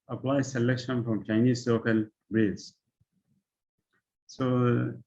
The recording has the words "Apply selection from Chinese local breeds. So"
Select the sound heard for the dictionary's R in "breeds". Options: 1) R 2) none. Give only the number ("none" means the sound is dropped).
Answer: 2